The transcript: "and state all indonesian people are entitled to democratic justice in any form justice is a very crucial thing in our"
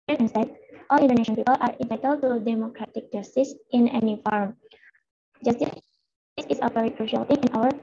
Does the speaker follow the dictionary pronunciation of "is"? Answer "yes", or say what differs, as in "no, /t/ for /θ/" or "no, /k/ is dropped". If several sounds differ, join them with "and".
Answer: no, /s/ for /z/